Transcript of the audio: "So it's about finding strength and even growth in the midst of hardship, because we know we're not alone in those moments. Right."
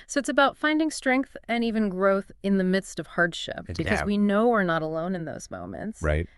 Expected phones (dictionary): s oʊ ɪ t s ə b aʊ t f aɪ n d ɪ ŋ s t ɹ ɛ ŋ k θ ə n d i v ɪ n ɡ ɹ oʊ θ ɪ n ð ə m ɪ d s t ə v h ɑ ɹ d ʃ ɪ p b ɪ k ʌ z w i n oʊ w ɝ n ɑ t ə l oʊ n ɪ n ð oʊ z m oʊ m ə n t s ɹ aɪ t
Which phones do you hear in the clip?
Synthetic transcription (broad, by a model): s oʊ ɪ t s ə b aʊ t f aɪ n d ɪ ŋ s t ɹ ɛ ŋ k θ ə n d i v ɪ n ɡ ɹ oʊ θ ɪ n ð ə m ɪ d s t ə v h ɑ ɹ d ʃ ɪ p b ɪ k ʌ z w i n oʊ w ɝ n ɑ t ə l oʊ n ɪ n ð oʊ z m oʊ m ə n t s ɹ aɪ t